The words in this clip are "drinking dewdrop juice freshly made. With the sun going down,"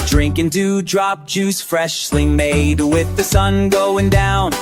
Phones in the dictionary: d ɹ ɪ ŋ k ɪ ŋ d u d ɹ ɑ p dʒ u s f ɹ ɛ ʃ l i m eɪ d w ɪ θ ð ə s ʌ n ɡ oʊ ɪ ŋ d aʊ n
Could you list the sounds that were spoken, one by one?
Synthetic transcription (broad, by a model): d ɹ ɪ ŋ k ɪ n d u d ɹ ɑ p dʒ u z f ɹ ɛ ʃ l i m eɪ d w ɪ ð ə s ʌ n ɡ oʊ ɪ ŋ d aʊ n